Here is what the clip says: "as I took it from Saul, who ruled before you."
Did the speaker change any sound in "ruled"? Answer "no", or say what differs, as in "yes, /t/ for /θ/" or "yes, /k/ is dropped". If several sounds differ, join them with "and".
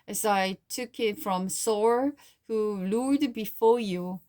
yes, /l/ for /ɹ/ and /l/ is dropped